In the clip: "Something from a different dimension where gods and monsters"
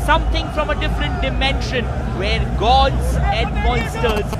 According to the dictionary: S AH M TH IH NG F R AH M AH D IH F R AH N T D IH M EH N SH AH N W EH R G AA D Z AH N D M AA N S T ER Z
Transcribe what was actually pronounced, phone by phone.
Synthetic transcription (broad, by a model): S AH M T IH NG F R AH M AH D IH F R AH N T D IH M EH N SH AH N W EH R G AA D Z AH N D M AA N S T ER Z